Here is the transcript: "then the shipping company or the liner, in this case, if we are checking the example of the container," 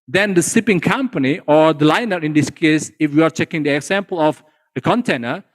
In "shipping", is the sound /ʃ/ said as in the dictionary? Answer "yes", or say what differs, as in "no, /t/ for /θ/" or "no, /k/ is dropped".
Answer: no, /s/ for /ʃ/